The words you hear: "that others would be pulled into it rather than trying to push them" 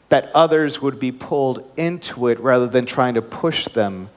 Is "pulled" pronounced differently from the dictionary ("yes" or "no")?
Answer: no